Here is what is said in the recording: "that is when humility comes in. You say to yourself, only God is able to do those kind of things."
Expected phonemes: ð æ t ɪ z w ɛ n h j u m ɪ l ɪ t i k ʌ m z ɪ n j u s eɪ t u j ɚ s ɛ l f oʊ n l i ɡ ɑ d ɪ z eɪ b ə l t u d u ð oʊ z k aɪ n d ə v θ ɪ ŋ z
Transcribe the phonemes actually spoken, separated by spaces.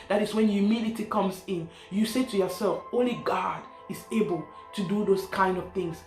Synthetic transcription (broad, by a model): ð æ t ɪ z w ɛ n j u m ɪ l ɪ t i k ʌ m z ɪ n j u s eɪ t u j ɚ s ɛ l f oʊ n l i ɡ ɑ d ɪ z eɪ b ə l t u d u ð oʊ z k aɪ n d ə v θ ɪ ŋ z